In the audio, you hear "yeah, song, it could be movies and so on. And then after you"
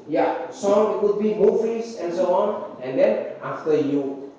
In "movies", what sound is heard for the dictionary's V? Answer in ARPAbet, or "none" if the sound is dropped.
F